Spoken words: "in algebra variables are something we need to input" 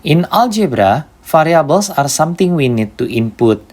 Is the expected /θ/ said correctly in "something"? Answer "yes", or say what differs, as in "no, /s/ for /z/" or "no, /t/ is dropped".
no, /t/ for /θ/